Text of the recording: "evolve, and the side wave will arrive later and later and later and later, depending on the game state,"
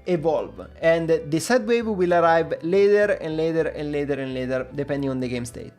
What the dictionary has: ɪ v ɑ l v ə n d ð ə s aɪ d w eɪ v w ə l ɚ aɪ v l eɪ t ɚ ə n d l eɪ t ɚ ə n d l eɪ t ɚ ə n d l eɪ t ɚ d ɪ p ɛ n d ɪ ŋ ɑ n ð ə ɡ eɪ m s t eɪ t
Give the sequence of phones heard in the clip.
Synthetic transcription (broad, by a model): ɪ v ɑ l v ə n d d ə s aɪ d w eɪ v w ə l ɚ aɪ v l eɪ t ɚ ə n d l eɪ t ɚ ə n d l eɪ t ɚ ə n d l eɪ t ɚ d ɪ p ɛ n d ɪ ŋ ɑ n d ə ɡ eɪ m s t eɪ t